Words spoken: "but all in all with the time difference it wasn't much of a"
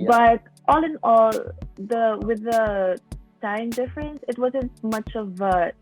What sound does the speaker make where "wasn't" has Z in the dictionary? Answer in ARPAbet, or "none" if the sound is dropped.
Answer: Z